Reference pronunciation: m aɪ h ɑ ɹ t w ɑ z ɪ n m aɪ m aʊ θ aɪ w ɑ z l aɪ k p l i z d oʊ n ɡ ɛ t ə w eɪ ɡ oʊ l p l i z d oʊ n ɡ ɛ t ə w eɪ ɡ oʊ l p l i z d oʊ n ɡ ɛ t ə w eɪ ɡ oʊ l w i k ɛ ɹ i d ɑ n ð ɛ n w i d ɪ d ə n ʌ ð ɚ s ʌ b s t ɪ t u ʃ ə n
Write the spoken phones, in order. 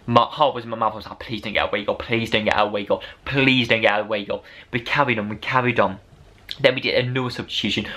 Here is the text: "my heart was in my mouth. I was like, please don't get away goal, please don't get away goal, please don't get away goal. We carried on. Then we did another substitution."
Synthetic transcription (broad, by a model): m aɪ h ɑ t w ɑ z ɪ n m aɪ m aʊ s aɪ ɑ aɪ p l i z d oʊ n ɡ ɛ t ə w eɪ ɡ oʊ p l i z d oʊ n ɡ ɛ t ə w eɪ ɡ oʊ p l i z d oʊ n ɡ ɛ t ə w eɪ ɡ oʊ n w i k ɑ ɹ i d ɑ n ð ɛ n w i d ɪ d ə n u ɚ s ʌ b s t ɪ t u ʃ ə n